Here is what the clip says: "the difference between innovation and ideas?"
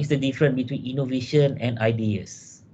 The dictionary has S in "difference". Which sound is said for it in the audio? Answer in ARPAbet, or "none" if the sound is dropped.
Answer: none